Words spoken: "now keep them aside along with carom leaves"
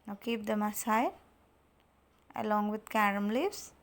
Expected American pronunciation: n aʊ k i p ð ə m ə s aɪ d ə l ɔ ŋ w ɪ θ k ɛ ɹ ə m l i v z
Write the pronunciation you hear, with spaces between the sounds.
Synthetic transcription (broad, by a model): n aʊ k i p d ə m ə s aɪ ə l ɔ ŋ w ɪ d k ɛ ɹ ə m l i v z